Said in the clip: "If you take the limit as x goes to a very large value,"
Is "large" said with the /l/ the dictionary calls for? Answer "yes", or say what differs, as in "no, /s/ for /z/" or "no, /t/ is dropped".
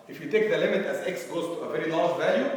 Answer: no, /n/ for /l/